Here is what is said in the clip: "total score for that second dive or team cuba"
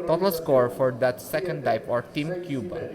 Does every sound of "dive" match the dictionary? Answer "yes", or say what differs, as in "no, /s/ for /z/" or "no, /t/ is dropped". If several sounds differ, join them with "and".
no, /p/ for /v/